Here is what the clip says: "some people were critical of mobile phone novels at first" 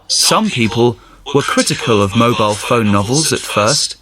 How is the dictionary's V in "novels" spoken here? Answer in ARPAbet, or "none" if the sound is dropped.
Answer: V